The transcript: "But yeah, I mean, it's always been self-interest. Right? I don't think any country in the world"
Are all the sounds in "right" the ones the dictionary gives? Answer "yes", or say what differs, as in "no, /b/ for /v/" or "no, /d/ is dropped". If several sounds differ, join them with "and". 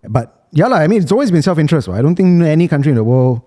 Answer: no, /w/ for /ɹ/ and /t/ is dropped